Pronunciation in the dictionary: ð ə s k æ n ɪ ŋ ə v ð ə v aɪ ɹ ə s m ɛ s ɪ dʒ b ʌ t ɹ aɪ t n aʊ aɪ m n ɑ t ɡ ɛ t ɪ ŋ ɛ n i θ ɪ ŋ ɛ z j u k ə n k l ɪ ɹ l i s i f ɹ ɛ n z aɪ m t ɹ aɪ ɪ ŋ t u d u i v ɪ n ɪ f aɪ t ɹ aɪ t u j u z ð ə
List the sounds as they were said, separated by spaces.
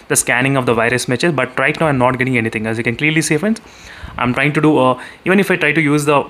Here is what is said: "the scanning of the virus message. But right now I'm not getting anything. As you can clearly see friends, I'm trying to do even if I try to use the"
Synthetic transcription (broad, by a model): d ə s k æ n ɪ ŋ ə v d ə v aɪ ɹ ə s m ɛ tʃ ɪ z b ʌ t ɹ aɪ t n aʊ aɪ m n ɑ t ɡ ɛ t ɪ ŋ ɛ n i t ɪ ŋ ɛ s j u k ə n k l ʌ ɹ l i s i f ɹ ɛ n s aɪ m t ɹ aɪ ɪ ŋ t u d u i v ɪ n ɪ f aɪ t ɹ aɪ t u j u z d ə